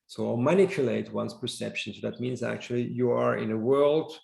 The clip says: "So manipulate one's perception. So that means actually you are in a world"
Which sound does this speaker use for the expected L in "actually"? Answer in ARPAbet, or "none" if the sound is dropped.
L